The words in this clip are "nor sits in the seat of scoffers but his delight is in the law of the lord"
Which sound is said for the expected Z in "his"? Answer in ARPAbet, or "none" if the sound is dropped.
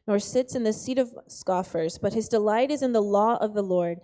Z